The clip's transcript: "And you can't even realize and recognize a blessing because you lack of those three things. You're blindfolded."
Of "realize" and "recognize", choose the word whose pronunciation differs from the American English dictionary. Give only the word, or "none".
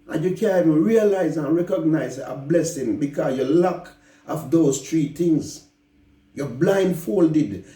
none